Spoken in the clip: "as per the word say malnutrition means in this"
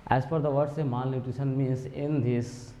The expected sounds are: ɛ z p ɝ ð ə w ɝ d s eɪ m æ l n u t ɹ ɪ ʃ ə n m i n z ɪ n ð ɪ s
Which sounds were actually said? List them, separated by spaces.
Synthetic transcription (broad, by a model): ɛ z f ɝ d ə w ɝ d s eɪ m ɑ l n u t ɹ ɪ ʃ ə n m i n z ɪ n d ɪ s